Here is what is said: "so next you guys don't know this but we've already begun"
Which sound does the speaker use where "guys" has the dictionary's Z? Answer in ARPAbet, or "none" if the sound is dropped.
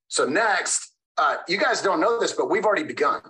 Z